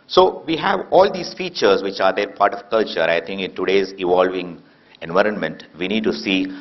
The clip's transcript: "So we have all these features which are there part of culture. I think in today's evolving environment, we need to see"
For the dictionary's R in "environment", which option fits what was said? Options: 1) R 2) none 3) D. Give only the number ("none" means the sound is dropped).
1